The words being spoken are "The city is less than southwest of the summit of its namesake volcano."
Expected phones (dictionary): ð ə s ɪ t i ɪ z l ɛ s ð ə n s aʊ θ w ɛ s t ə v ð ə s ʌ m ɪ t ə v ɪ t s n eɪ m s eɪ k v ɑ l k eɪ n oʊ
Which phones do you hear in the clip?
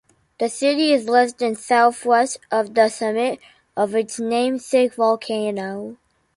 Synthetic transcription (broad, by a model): ð ə s ɪ t i ɪ z l ɛ s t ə n s aʊ θ w ɛ s t ə v ð ə s ʌ m ɪ t ə v ɪ t s n eɪ m s eɪ k v ɑ l k eɪ n oʊ